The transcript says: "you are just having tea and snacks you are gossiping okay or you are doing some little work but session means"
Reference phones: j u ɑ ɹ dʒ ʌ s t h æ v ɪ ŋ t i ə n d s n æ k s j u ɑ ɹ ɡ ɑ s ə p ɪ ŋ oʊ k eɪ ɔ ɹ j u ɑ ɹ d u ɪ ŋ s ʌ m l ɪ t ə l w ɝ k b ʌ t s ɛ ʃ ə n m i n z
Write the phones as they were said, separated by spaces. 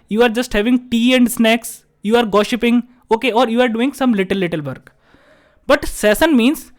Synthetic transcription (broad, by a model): j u ɑ ɹ dʒ ʌ s t h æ v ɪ ŋ t i ə n d s n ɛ k s j u ɑ ɹ ɡ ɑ ʃ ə p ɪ ŋ oʊ k eɪ ɔ ɹ j u ɑ ɹ d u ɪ ŋ s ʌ m l ɪ t ə l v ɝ k b ʌ t s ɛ s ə n m i n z